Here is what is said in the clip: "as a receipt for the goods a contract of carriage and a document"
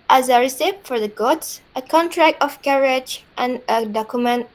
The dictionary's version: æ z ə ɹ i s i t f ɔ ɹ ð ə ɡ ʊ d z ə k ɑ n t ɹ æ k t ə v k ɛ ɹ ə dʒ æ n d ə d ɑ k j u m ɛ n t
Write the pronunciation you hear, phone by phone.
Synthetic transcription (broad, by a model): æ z ə ɹ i s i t f ɔ ɹ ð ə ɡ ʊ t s ə k ɑ n t ɹ æ k t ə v k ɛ ɹ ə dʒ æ n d ə d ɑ k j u m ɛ n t